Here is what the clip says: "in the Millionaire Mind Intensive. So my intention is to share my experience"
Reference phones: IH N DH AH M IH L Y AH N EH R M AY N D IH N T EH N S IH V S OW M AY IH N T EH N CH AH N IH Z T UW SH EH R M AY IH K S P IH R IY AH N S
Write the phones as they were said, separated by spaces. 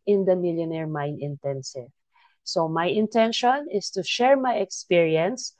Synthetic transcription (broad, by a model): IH N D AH M IH L Y AH N EH R M AY N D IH N T EH N S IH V S OW M AY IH N T EH N SH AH N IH S T UW SH EH R M AY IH K S P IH R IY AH N S